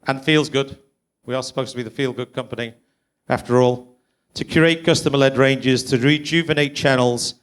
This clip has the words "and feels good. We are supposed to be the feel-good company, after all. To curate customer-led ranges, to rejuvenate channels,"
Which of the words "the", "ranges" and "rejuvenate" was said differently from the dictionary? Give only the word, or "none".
none